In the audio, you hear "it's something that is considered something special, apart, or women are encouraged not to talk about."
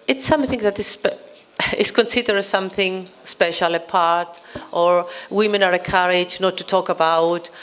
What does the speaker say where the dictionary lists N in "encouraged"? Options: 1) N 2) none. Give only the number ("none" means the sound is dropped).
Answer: 2